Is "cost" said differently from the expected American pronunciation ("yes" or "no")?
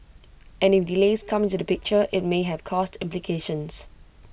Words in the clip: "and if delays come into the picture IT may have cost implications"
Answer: no